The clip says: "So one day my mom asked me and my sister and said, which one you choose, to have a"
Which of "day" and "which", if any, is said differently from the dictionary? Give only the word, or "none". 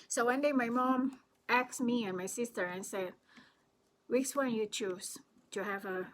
which